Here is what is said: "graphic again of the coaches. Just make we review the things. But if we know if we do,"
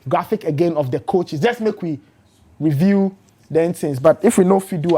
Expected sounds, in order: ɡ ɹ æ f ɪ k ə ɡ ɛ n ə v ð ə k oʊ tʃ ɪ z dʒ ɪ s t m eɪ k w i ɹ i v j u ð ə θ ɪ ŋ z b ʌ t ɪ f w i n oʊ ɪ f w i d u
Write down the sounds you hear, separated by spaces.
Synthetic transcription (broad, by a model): ɡ ɹ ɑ f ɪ k ə ɡ ɛ n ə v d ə k oʊ tʃ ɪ s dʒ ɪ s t m eɪ k w i ɹ i v j u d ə t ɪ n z b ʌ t ɪ f w i n oʊ f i d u